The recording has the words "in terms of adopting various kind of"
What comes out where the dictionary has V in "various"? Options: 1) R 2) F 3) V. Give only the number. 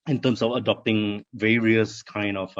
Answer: 3